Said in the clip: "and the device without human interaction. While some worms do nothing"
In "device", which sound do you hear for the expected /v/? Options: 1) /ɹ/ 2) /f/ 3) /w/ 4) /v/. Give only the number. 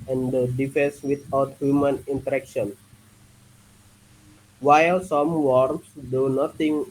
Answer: 2